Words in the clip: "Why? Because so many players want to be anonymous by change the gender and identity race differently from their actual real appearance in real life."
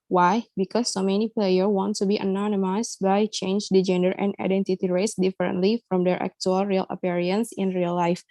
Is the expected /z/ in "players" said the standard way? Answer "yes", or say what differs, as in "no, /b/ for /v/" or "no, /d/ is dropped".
no, /z/ is dropped